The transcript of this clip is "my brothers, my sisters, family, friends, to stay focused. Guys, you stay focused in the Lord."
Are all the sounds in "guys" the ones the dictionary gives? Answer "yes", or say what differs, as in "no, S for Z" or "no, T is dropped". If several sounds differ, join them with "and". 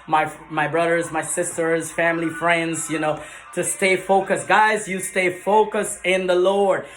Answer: yes